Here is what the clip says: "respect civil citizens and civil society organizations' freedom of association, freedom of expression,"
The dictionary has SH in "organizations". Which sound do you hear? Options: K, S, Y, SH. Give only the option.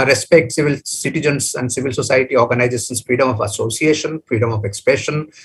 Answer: S